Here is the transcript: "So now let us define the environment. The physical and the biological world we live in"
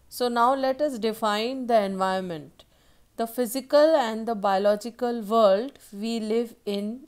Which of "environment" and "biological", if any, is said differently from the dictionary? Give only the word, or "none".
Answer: environment